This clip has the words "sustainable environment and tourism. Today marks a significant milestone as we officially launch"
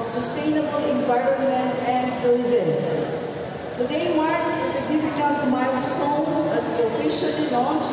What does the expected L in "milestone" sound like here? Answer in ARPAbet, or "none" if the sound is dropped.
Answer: none